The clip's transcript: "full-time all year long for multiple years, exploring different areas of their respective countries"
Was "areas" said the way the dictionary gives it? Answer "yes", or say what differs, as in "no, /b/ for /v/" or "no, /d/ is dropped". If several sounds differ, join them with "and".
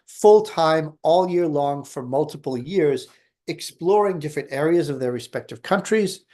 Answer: yes